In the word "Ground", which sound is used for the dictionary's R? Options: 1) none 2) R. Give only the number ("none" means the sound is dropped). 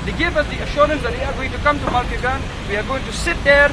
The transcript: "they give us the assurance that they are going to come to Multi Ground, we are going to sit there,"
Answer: 1